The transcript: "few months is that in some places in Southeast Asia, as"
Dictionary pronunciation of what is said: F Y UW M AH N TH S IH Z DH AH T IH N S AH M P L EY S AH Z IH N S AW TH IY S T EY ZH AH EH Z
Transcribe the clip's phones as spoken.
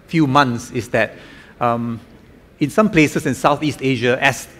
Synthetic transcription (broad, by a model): F Y UW M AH N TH S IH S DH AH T IH N S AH M P L EY S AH S IH N S AW TH IY S T EY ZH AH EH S